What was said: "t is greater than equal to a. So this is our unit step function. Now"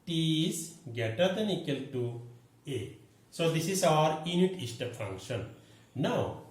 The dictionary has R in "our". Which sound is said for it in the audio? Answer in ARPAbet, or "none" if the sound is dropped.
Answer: R